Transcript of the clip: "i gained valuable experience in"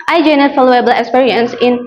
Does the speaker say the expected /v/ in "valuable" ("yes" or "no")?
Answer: no